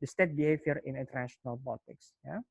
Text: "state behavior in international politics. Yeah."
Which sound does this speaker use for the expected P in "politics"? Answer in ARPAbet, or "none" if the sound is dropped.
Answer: B